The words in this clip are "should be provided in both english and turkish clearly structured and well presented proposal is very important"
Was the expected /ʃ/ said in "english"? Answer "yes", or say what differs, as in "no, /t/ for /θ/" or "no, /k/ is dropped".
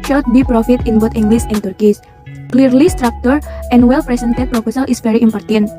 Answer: no, /s/ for /ʃ/